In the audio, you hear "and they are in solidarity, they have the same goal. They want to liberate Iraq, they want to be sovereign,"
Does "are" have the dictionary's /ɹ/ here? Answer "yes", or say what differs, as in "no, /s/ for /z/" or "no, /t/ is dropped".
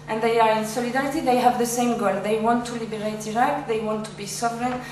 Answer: yes